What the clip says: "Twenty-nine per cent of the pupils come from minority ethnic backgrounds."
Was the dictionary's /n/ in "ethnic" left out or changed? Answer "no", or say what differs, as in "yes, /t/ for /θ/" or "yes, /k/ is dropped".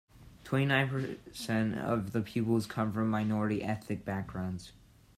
yes, /n/ is dropped